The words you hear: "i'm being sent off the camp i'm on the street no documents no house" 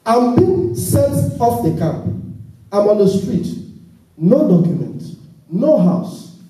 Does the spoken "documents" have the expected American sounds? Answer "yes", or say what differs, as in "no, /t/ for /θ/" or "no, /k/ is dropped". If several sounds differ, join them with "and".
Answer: no, /s/ is dropped